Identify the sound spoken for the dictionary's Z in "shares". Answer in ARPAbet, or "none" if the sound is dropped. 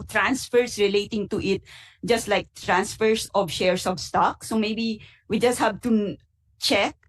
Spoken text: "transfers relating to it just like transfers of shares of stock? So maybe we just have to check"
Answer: S